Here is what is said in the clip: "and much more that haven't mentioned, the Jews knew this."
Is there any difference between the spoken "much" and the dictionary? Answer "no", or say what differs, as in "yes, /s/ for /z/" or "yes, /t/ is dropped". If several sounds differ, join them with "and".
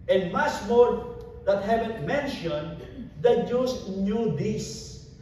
yes, /s/ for /tʃ/